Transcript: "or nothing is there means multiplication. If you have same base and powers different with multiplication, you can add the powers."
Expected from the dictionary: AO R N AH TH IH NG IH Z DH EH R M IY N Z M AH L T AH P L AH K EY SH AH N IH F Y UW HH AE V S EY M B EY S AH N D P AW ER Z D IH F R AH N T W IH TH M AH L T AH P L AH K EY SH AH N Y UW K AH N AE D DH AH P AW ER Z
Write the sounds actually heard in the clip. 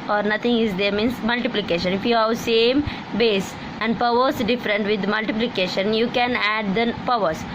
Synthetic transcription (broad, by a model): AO R N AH T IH NG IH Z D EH R M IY N S M AH L T AH P L AH K EY SH AH N IH F Y UW HH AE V S EY M B EY S AH N D P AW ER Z D IH F R AH N T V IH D M AH L T AH P L AH K EY SH AH N Y UW K AH N AE D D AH P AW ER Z